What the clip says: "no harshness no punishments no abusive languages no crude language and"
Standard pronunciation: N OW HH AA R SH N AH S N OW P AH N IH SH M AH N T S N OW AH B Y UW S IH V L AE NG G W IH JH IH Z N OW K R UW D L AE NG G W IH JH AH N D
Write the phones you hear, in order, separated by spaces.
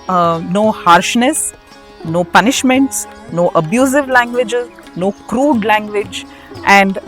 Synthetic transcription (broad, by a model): N OW HH AA R SH N AH S N OW P AH N IH SH M AH N T S N OW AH B Y UW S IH V L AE NG G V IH JH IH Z N OW K R UW D L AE NG G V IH JH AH N D